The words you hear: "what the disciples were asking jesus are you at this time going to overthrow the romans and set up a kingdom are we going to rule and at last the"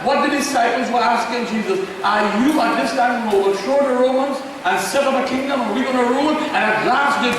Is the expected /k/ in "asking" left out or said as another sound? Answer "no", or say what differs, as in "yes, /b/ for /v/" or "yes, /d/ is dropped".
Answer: no